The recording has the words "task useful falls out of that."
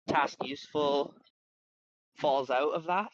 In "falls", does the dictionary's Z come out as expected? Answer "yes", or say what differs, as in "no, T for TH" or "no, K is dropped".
yes